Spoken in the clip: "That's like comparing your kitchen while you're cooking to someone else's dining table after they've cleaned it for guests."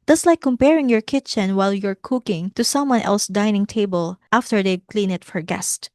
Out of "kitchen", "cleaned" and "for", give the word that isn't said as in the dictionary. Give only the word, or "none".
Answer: cleaned